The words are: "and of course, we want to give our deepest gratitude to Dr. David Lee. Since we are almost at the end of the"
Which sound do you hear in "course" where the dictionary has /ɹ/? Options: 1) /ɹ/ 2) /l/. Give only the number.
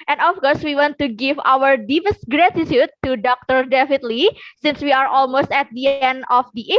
1